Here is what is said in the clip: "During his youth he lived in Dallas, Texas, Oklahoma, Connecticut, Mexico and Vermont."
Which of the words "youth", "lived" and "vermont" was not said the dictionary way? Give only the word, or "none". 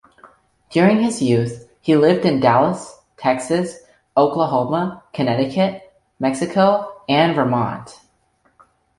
none